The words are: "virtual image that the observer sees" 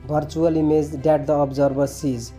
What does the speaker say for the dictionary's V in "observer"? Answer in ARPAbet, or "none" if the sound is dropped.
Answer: B